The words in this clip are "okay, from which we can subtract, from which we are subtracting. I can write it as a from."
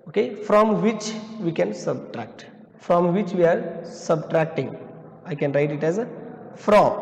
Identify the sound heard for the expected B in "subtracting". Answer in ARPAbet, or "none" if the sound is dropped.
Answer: B